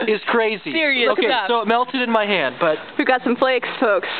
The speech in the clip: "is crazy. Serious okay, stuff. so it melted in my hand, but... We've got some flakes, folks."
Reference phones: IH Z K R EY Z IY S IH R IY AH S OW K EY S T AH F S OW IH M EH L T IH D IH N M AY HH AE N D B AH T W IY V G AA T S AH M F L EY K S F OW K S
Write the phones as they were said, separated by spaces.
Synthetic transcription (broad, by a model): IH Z K R EY Z IY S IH R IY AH UH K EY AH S OW IH M EH L T IH D IH N M AY HH AE N D B AH T W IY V G AA T S AH M F L EY K S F OW K S